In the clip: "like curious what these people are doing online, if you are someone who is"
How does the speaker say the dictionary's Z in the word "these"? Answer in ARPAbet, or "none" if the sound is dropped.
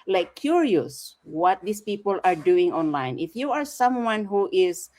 S